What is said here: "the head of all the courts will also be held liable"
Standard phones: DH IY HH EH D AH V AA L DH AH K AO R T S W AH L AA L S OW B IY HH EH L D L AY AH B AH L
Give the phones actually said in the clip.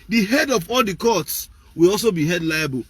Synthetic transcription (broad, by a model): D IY HH EH D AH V AA L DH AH K AO T S W AH L AA L S OW B IY HH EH D L AY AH B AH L